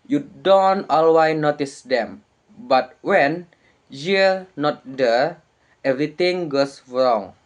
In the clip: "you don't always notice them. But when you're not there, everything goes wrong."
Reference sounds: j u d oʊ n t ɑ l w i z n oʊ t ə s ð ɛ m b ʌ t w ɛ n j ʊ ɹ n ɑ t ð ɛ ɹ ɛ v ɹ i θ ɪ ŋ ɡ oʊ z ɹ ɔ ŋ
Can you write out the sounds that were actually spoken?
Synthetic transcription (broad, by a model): j u d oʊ n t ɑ l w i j n oʊ t ə s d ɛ m b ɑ t w ɛ n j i l n ɑ t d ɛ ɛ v ɹ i t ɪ ŋ ɡ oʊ s ɹ ɔ ŋ